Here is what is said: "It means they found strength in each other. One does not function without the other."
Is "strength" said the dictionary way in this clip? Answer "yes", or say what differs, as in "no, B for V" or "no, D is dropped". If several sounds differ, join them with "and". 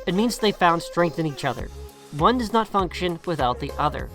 yes